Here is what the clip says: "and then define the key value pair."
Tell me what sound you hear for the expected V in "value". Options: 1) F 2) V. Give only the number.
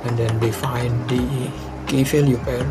1